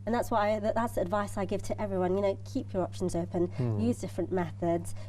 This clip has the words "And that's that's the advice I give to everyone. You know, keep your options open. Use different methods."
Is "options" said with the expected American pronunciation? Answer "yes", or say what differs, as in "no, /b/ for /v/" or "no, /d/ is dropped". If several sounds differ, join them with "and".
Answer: yes